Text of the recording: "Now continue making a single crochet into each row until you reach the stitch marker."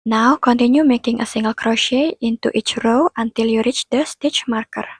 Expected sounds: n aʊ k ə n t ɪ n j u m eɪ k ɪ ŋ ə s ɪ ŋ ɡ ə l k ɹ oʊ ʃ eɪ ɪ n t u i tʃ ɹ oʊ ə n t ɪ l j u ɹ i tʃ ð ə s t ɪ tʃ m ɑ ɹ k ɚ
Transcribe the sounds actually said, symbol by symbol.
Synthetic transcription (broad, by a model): n aʊ k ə n t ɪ n j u m eɪ k ɪ ŋ ə s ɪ ŋ ɡ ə l k ɹ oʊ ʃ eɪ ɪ n t u i tʃ ɹ oʊ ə n t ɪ l j u ɹ i tʃ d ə s t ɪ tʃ m ɑ ɹ k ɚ